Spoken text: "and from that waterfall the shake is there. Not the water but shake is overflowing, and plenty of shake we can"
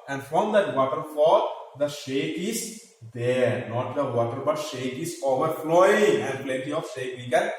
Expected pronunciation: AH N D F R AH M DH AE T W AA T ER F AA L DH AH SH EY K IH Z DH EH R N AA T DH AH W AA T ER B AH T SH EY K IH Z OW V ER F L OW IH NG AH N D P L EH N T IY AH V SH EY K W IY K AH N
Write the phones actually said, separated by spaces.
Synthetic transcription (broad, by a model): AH N D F R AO M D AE T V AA T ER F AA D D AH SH EY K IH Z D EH R N AA T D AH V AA T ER B AH T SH EY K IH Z OW V ER F L OW IH NG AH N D P L EH N T IY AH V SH EY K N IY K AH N